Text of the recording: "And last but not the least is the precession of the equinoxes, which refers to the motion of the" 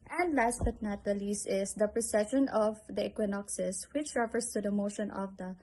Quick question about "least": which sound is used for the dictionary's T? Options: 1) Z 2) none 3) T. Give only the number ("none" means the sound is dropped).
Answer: 2